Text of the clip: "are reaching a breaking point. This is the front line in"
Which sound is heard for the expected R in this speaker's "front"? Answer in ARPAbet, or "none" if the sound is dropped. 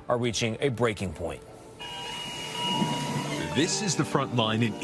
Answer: R